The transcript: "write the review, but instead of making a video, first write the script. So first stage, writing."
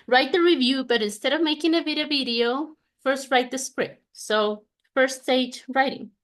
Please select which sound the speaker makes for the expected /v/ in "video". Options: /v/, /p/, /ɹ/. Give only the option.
/v/